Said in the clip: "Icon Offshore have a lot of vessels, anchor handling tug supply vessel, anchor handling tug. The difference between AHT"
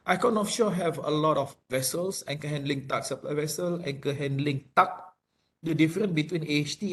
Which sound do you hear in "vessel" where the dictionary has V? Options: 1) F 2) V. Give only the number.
2